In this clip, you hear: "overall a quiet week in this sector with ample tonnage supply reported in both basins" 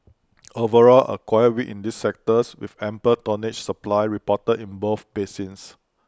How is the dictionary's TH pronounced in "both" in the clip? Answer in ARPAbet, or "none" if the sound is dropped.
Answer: F